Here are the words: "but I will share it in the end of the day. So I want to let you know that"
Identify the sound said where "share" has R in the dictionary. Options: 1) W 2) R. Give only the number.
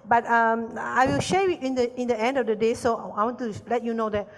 1